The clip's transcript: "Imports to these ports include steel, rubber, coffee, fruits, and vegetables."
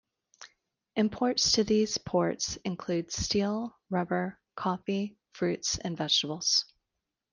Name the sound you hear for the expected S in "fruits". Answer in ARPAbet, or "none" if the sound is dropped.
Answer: S